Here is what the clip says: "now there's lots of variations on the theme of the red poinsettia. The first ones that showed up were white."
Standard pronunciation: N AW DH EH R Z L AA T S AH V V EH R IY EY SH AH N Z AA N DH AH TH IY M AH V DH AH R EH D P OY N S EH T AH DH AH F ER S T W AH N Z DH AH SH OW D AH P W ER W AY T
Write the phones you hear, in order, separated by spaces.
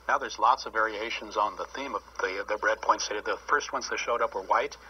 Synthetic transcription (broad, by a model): N AW DH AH R Z L AA T S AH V V EH R IY EY SH AH N Z N DH AH TH IY M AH V DH AH R EH D P OY N S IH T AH DH AH F ER S T W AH N S DH AH SH OW D AH P W ER W AY T